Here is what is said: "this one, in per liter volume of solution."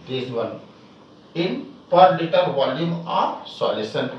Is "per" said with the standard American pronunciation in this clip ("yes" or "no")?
yes